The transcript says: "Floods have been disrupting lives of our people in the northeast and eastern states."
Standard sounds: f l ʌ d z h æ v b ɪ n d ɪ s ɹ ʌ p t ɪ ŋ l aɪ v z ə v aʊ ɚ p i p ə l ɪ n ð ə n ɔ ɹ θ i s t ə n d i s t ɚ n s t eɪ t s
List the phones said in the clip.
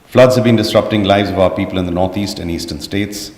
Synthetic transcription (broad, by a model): f l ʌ d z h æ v b ɪ n d ɪ s ɹ ʌ p t ɪ ŋ l aɪ v z ə v aʊ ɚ p i p ə l ɪ n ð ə n ɔ ɹ t i s t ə n i s t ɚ n s t eɪ t s